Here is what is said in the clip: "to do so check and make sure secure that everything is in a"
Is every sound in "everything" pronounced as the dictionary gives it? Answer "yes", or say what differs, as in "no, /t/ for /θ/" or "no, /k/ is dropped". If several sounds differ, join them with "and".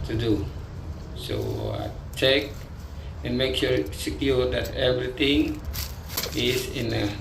no, /t/ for /θ/